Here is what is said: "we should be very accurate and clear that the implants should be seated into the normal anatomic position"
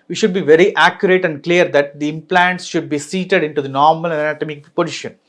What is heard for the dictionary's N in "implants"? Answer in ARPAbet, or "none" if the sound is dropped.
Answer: N